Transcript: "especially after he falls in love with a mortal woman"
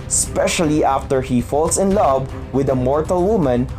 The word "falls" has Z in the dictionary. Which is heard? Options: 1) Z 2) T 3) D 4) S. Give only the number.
4